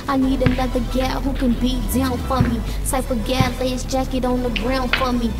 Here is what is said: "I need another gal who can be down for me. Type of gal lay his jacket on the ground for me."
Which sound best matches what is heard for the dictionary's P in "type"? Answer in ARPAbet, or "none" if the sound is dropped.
F